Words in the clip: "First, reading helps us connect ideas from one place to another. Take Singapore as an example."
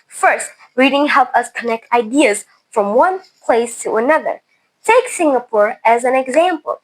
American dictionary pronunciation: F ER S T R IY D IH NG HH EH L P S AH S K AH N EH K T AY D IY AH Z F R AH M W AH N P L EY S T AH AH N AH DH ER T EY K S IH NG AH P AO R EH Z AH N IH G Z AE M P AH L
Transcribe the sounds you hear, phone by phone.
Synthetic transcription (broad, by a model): F ER S T R IY D IH NG HH EH L P AH S K AH N EH K T AY D IY AH Z F R AH M W AH N P L EY S T AH AH N AH DH ER T EY K S IH NG AH P AO R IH Z AH N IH G Z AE M P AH L